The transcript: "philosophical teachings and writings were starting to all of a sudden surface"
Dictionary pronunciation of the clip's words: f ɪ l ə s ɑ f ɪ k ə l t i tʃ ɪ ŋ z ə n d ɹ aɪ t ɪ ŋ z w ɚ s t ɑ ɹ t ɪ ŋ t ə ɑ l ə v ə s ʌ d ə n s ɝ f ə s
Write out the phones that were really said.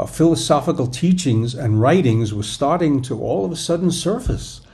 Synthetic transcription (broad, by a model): f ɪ l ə s ɑ f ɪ k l t i tʃ ɪ ŋ z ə n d ɹ aɪ t ɪ ŋ z w ɚ s t ɑ ɹ t ɪ ŋ t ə ɑ l ə v ə s ʌ d n s ɝ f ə s